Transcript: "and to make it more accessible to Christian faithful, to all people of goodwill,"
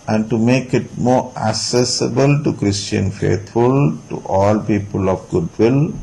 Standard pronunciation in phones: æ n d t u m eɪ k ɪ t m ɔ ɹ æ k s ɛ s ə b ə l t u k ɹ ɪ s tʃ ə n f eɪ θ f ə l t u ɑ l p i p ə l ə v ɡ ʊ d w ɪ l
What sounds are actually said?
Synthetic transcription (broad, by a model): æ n d t u m eɪ k ɪ t m ɔ ɹ æ k s ɛ s ə b ə l t u k ɹ ɪ s tʃ ə n f eɪ t f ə l t u ɑ l p i p ə l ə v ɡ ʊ d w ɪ l